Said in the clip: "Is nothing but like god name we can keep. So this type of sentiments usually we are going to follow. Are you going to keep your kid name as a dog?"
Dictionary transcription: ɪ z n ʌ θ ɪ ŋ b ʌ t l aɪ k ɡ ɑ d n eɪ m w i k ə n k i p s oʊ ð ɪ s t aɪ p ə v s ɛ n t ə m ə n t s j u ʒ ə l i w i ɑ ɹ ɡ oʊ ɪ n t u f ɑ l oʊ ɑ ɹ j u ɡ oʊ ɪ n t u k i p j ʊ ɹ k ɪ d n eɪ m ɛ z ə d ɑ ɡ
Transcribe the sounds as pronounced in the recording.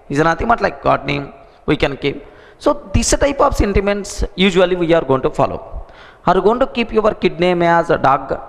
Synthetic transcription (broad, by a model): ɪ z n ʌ t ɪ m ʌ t l aɪ k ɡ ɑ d n eɪ m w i k ə n k i p s oʊ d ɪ s t aɪ p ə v s ɛ n t ə m ə n t s j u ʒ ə l i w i ɑ ɹ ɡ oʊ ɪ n t u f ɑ l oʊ ɑ ɹ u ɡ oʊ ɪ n t u k i p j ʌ ɹ k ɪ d n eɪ m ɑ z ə d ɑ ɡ